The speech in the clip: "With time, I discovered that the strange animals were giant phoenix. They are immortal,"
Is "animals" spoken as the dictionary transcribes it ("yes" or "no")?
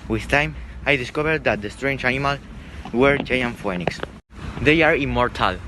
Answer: no